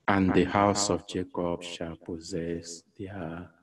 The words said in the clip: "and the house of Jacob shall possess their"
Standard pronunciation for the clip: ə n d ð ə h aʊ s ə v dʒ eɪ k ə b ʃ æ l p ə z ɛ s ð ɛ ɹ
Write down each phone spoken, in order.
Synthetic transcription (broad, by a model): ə n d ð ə h aʊ s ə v dʒ eɪ k ə b ʃ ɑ l p ə z ɛ s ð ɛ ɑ